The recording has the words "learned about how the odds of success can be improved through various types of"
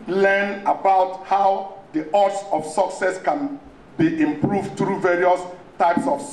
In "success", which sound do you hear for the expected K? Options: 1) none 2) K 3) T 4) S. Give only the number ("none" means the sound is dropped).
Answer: 2